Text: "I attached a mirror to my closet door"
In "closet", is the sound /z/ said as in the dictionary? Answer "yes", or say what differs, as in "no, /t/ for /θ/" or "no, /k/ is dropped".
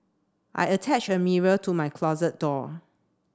yes